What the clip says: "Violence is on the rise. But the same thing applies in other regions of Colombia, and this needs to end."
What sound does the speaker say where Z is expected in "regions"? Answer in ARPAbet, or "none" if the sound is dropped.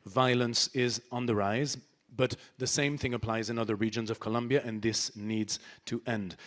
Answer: Z